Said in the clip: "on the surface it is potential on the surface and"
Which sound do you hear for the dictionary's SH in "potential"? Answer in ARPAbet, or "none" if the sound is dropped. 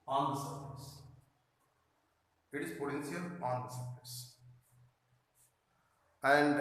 S